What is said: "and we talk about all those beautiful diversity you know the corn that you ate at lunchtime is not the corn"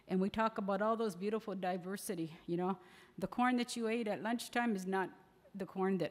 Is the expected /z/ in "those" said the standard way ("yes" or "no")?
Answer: yes